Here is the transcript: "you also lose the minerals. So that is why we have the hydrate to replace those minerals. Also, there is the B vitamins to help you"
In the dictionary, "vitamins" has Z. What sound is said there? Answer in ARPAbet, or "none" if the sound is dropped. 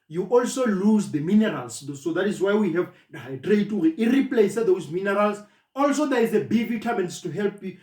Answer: S